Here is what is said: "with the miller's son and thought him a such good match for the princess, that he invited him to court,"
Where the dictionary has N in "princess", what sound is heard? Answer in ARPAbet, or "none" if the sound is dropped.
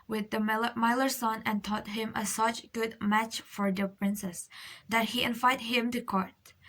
N